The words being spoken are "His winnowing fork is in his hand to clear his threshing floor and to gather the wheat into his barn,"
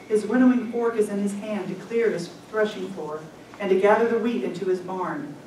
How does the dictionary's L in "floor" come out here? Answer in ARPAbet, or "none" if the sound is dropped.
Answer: none